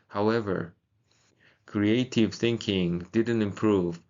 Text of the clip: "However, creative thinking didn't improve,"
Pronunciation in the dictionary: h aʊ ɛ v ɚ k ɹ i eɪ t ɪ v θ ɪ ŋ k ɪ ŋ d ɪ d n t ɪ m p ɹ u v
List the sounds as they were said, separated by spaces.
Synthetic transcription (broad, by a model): h aʊ ɛ v ɚ k ɹ i eɪ t ɪ v θ ɪ ŋ k ɪ ŋ d ɪ d n t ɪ m p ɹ u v